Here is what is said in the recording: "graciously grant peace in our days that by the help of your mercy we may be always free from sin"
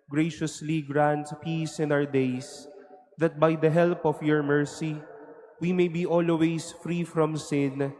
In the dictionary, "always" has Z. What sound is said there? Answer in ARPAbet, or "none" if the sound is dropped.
S